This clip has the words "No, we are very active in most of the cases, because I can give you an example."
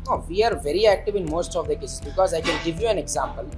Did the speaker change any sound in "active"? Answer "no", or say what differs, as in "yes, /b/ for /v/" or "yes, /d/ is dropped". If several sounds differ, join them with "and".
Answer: no